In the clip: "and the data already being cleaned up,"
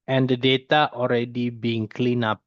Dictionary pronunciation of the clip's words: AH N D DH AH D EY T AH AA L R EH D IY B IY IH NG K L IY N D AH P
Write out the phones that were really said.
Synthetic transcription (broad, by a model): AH N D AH D EY T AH AA L R EH D IY B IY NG K L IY N AH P